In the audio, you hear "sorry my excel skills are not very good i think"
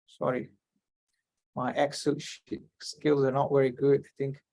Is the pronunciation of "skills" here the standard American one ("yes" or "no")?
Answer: yes